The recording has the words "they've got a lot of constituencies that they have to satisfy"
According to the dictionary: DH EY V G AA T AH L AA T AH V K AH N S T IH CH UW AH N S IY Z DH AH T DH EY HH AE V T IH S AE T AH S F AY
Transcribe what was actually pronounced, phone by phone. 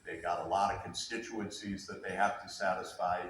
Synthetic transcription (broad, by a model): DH EY G AA T AH L AA T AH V K AH N S T IH CH UW AH N S IY Z DH AH T DH EY HH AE F T IH S AE T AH S F AY